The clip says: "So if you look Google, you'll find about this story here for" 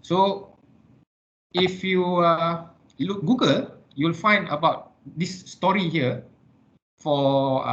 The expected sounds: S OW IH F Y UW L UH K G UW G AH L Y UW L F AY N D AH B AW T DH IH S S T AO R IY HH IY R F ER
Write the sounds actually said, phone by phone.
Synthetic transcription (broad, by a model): S OW IH F Y UW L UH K G UW G AH L Y UW L F AY N D AH B AW T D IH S S T AO R IY HH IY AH F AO